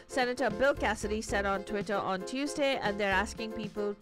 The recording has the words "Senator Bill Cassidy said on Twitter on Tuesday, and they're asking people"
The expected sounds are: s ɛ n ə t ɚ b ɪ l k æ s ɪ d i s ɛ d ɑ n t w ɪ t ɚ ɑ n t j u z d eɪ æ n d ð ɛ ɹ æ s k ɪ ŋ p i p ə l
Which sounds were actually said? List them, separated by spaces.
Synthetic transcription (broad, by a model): s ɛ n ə t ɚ b ɪ l k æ s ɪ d i s ɛ d ɑ n t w ɪ t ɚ ɑ n t j u z d eɪ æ n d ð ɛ ɹ æ s k ɪ ŋ p i p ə l